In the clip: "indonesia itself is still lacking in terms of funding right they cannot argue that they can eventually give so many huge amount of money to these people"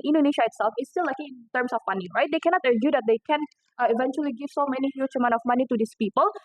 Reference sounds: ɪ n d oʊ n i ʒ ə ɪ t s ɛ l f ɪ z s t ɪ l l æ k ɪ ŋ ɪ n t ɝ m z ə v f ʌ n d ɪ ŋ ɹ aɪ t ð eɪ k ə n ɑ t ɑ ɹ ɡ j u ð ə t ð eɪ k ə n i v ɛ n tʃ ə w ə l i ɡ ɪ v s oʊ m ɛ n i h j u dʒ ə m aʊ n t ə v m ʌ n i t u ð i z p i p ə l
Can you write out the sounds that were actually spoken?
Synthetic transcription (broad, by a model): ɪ n d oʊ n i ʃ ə ɪ t s ɛ l f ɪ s t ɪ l l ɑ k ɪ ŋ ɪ n t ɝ m s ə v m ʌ n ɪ ɹ aɪ t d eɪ k ə n ɑ t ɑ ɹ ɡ j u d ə t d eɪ k ə n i v ɛ n tʃ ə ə l i ɡ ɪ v s oʊ m ɛ n i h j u tʃ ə m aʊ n ə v m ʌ n i t u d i s p i p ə l